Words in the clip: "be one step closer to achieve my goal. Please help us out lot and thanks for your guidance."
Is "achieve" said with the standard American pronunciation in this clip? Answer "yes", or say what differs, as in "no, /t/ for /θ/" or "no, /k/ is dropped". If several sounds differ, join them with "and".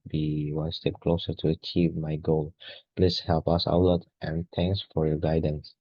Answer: yes